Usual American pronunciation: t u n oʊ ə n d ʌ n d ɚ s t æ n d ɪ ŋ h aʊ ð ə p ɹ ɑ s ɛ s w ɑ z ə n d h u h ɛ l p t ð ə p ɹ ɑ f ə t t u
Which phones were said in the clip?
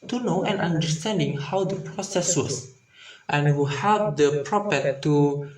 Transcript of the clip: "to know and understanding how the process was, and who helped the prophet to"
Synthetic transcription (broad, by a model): t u n oʊ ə n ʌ n d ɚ s t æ n d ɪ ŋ h aʊ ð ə p ɹ ɑ s ɛ s w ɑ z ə n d h u h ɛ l t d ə p ɹ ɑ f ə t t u